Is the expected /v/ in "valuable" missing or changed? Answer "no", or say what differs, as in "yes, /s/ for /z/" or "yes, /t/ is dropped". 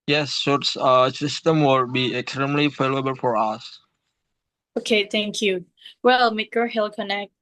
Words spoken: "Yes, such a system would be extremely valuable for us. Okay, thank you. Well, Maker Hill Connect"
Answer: yes, /f/ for /v/